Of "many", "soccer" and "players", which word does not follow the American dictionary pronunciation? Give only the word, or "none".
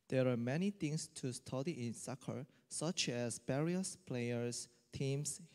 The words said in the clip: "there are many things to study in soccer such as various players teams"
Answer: players